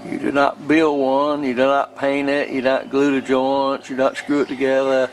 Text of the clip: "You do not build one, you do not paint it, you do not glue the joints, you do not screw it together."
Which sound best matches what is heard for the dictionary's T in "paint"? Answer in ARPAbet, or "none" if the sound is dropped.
none